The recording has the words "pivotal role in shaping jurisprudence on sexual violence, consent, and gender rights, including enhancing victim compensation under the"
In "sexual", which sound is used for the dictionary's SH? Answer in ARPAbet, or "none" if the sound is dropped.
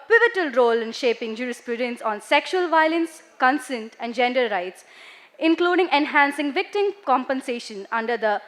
SH